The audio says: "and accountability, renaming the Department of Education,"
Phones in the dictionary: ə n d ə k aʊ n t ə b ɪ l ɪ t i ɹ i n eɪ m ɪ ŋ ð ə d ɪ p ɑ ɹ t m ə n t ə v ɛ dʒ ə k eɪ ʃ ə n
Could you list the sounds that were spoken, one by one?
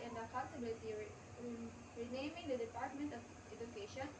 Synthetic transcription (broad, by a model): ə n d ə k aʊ n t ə b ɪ l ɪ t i ɹ i n eɪ m ɪ ŋ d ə d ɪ p ɑ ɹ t m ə n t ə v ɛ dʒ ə k eɪ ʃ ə n